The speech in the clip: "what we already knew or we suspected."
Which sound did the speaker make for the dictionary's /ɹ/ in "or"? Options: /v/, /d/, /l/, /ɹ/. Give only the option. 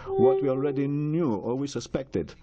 /l/